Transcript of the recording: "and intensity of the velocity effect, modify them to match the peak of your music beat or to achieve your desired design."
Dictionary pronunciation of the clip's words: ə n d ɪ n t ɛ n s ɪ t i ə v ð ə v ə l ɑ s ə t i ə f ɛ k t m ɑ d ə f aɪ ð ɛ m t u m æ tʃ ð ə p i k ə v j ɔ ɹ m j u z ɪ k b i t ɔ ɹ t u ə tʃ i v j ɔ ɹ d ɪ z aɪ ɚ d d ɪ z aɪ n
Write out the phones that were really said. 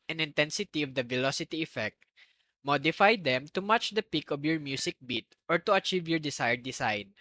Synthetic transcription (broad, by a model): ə n ɪ n t ɛ n s ɪ t i ə v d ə v ə l ɑ s ə t i ə f ɛ k t m ɑ d ə f aɪ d ɛ m t u m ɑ tʃ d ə p i k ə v j ɔ ɹ m j u s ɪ k b i t ɔ ɹ t u ə tʃ i v j ɔ ɹ d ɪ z aɪ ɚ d d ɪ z aɪ n